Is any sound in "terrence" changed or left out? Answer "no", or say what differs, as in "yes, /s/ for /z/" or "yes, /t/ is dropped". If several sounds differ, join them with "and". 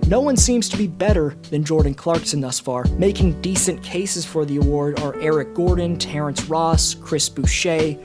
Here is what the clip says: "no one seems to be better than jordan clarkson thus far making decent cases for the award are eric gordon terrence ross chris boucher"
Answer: no